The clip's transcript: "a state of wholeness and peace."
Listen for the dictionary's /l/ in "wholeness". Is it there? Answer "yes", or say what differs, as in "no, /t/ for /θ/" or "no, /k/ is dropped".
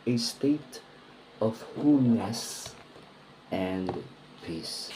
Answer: no, /l/ is dropped